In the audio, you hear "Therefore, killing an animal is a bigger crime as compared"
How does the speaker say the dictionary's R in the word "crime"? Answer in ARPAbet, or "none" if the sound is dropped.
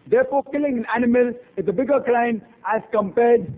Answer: L